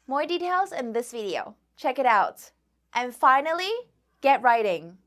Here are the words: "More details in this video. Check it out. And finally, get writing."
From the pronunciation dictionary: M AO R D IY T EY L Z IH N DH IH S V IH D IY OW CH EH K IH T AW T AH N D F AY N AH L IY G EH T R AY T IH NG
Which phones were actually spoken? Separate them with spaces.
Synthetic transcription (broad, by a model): M AO R D IY T EY L Z IH N DH IH S V IH D IY OW CH EH K IH T AW T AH N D F AY N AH L IY G EH T R AY T IH NG